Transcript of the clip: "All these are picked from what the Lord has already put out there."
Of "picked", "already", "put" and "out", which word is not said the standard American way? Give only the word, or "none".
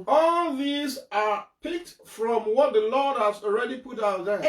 none